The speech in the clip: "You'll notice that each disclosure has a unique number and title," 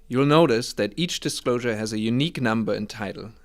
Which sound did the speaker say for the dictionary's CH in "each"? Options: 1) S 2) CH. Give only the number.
2